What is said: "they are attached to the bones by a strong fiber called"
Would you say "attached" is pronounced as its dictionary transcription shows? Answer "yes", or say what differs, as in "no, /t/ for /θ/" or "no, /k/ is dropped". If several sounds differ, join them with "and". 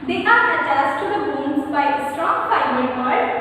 no, /s/ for /tʃ/